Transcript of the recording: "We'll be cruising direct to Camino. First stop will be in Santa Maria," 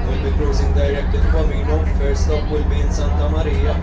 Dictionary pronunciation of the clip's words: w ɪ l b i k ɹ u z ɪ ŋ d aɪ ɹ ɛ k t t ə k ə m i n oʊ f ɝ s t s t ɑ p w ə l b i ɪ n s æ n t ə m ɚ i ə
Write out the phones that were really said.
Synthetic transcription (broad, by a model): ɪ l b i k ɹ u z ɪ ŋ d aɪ ɹ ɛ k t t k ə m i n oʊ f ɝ t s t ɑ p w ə l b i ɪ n s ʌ n t ə m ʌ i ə